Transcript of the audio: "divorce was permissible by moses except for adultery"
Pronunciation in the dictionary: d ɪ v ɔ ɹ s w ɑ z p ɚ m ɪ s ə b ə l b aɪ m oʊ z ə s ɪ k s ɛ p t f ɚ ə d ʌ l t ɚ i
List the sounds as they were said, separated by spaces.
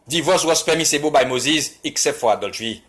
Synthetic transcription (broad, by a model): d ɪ v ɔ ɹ s w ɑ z p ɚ m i s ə b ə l b aɪ m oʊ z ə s ɪ k s ɛ p t f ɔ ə d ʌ l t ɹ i